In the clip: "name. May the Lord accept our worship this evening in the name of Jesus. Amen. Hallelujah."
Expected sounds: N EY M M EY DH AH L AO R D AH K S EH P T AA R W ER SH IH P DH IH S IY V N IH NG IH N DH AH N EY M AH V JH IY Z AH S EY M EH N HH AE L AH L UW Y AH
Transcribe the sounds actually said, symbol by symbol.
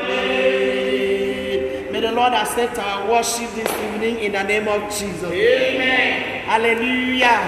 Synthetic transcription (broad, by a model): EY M M EY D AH L AO D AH S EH T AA W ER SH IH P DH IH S IY V N IH NG IH N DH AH N EY M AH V JH IY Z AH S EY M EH HH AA L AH L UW Y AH